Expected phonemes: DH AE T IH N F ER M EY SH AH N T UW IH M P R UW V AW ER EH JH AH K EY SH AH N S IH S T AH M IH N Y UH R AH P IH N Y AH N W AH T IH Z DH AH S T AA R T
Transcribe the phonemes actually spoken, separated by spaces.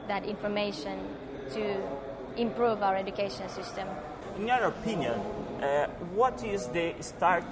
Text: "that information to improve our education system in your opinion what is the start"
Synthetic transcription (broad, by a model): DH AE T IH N F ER M EY SH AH N T UW IH M P R UW V AW ER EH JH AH K EY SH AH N S IH S T AH M IH N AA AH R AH P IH N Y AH N W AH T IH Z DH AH S T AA R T